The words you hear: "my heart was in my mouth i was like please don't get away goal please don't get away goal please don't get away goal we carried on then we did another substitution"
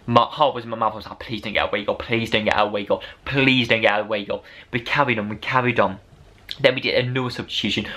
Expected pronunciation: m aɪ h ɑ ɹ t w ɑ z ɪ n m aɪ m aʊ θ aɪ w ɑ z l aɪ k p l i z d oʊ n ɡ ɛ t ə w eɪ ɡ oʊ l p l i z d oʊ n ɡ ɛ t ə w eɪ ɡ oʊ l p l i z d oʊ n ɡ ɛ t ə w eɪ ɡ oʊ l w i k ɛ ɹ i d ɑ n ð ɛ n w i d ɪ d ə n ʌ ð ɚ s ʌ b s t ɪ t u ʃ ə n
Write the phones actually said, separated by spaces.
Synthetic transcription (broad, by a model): m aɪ h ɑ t w ɑ z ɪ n m aɪ m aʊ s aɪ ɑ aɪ p l i z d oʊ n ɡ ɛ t ə w eɪ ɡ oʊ p l i z d oʊ n ɡ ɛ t ə w eɪ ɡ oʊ p l i z d oʊ n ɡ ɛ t ə w eɪ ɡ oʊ n w i k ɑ ɹ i d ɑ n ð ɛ n w i d ɪ d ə n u ɚ s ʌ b s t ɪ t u ʃ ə n